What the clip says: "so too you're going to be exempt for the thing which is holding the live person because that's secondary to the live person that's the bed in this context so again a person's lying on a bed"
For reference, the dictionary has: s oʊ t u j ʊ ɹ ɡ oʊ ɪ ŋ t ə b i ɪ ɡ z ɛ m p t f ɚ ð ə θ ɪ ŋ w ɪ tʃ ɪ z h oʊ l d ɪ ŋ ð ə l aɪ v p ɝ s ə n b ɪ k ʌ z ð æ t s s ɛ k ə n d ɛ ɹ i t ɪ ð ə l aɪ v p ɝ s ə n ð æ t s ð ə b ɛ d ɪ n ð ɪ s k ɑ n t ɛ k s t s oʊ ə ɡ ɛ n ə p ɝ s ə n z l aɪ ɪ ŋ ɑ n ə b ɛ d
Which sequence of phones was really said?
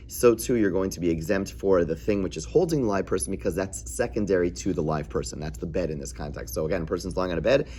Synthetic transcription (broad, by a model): s oʊ t u j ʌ ɹ ɡ oʊ ɪ ŋ t ə b i ɪ ɡ z ɛ m p t f ɚ ð ə θ ɪ ŋ w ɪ tʃ ɪ z h oʊ l d ɪ ŋ ð ə l aɪ v p ɝ s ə n b ɪ k ʌ z ð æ t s s ɛ k ə n d ɛ ɹ i t ɪ ð ə l aɪ v p ɝ s ə n ð æ t s ð ə b ɛ d ɪ n ð ɪ s k ɑ n t ɛ k s t s oʊ ə ɡ ɛ n p ɝ s n z l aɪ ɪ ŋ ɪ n ə b ɛ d